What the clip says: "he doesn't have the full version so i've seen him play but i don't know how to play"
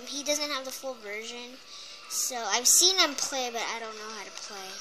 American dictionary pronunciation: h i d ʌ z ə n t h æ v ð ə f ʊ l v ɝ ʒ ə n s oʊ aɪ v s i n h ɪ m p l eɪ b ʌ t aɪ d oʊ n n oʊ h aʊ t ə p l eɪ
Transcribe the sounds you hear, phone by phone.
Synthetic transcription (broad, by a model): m i d ʌ z ə n t h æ v ð ə f ʊ l v ɝ ʒ ə n s oʊ aɪ v s i n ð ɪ m p l eɪ b ʌ t aɪ d oʊ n n oʊ h aʊ t ə p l eɪ